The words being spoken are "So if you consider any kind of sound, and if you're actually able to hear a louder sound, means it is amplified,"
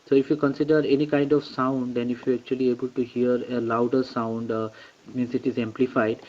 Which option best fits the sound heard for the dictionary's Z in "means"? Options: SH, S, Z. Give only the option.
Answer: S